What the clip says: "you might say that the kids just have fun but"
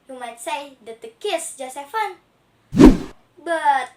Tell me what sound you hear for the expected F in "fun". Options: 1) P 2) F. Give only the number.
2